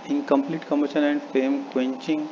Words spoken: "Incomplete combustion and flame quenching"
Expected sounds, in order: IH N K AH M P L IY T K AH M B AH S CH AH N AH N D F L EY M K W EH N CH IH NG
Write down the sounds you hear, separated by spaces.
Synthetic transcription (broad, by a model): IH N K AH M P L IY T K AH M AH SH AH N AH N D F EY M K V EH N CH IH NG